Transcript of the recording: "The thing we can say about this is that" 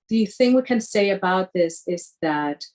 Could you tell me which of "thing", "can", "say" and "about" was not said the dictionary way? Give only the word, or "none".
none